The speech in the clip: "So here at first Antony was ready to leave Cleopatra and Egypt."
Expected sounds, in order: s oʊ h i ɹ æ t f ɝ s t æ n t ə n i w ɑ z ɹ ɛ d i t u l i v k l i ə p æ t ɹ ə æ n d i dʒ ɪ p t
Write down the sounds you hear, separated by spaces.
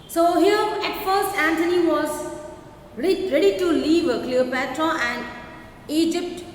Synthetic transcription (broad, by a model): s oʊ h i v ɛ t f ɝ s æ n t ə n i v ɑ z ɹ ɛ d i t u l i v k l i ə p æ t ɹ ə æ n d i dʒ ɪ p t